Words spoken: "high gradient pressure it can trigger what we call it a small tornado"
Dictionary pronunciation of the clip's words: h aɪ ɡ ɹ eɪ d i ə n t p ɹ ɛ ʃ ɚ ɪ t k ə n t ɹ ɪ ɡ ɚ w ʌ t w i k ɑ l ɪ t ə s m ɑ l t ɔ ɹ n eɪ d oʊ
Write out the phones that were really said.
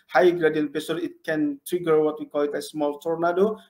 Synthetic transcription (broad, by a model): h aɪ ɡ ɹ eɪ d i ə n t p ɛ s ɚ ɪ t k ə n t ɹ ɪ ɡ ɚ w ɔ t w i k ɑ l ɪ t ə s m ɑ l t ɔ ɹ n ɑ d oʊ